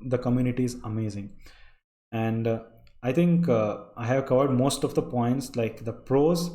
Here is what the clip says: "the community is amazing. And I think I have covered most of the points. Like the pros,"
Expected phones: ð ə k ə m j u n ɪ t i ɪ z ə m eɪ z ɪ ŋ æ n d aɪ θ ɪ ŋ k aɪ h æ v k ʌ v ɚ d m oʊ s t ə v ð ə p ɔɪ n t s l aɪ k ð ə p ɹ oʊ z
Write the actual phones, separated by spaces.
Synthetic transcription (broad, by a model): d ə k ə m j u n ɪ t i ɪ z ə m eɪ z ɪ ŋ æ n d aɪ t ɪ ŋ k aɪ h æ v k ʌ v ɚ d m oʊ s t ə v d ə p ɔɪ n t s l aɪ k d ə p ɹ oʊ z